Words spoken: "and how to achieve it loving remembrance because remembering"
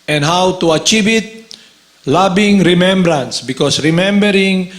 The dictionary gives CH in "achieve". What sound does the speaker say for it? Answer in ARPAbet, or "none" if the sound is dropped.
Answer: CH